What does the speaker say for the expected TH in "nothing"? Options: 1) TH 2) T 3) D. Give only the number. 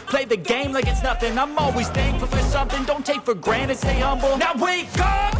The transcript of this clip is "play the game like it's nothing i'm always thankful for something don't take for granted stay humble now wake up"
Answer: 1